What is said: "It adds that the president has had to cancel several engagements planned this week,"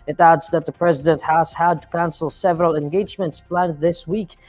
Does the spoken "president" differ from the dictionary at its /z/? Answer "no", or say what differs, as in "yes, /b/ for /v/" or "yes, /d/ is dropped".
no